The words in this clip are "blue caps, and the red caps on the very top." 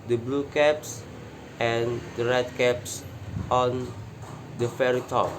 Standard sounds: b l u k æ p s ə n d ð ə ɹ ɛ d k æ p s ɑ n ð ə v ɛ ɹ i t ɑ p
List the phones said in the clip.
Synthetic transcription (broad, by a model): b l u k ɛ p s ə n d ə ɹ ɛ d k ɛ p s ɑ n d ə f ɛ ɹ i t ɑ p